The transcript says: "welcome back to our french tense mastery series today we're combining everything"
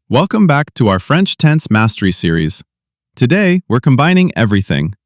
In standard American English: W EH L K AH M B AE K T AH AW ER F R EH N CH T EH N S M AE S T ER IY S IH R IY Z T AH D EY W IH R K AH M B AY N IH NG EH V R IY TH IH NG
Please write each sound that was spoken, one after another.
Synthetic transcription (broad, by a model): W EH L K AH M B AE K T AH AW ER F R EH N CH T EH N S M AE S T ER IY S IH R IY Z T AH D EY W IH R K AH M B AY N IH NG EH V R IY TH IH NG